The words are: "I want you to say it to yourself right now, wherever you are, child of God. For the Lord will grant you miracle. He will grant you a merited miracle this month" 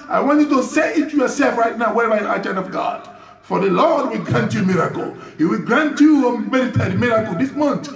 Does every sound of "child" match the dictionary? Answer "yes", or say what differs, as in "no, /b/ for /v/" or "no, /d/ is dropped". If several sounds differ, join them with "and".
no, /n/ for /l/